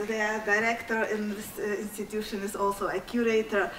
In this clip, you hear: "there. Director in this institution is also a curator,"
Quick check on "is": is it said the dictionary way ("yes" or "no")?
no